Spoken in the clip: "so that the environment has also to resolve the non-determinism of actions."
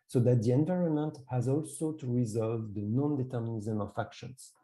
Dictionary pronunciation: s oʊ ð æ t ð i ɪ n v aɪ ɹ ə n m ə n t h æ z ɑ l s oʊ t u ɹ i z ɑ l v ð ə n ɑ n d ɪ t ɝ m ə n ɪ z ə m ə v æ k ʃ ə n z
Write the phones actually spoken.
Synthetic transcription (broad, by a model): s oʊ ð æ t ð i ɪ n v aɪ ɹ ə n m ə n t h æ z ɑ l s oʊ t u ɹ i z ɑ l v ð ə n ɑ n d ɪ t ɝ m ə n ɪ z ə m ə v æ k ʃ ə n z